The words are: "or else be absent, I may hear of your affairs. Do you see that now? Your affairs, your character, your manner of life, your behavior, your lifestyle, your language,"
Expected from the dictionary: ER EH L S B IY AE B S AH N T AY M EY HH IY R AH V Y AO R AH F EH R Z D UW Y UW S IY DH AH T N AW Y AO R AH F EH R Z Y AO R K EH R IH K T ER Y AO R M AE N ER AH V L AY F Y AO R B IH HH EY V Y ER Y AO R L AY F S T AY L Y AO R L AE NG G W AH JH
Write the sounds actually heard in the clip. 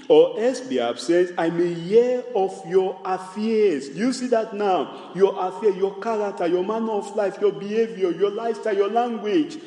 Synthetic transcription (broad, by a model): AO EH S B IY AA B S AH N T AY M EY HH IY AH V Y AO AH F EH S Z D UW Y UW S IY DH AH T N AW Y AO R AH F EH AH Y AO K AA R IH K T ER Y AO M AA N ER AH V L AY F Y AO B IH HH EY V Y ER Y AO L AY S T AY Y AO L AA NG G W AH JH